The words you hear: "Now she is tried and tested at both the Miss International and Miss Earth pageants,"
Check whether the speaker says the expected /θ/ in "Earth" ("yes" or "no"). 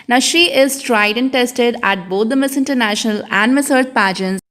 no